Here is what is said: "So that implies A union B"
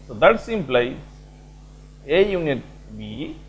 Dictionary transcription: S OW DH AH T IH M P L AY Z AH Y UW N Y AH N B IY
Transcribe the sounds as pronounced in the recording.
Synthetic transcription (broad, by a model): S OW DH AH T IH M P L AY AH Y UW N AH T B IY